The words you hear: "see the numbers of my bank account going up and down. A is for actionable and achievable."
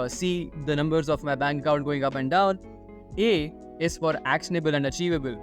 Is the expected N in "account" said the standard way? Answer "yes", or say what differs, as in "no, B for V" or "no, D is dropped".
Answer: no, N is dropped